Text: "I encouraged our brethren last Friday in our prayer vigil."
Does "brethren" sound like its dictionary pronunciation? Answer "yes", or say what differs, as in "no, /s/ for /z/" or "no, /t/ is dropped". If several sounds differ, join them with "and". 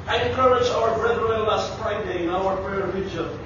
no, /l/ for /n/